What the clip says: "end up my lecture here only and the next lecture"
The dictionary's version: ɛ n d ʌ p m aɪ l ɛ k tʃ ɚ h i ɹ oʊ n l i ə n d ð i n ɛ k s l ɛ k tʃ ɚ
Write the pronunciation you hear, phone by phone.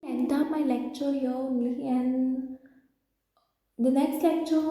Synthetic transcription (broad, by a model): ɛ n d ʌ m aɪ l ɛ k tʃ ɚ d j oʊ l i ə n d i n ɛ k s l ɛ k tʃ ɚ